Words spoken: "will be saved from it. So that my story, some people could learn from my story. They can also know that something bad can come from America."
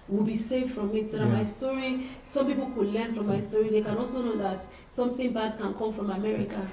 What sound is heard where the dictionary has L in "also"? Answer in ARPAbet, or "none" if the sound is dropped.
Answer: L